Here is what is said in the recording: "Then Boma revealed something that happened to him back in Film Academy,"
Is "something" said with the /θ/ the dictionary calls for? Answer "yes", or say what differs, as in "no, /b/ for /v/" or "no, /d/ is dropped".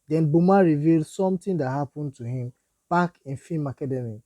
no, /t/ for /θ/